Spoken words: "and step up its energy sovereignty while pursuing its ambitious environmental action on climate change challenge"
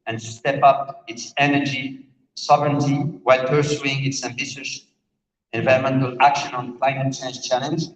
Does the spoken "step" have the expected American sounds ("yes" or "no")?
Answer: yes